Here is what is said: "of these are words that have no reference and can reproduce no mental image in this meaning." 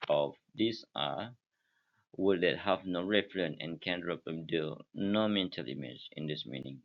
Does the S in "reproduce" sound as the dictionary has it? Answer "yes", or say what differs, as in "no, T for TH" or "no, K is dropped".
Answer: no, S is dropped